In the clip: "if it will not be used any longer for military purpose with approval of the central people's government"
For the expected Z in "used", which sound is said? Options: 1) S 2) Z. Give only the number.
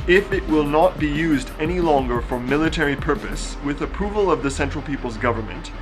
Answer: 2